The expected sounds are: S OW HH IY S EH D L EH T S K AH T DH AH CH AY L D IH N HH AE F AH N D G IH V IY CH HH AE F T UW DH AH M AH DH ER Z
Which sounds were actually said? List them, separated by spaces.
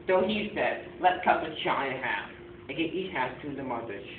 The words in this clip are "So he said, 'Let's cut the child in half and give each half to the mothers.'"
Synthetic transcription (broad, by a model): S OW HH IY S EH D L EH T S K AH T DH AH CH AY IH HH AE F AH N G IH IY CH HH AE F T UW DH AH M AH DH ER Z